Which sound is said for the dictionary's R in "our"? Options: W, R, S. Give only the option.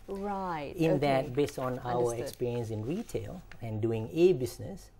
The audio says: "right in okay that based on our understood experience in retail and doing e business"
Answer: W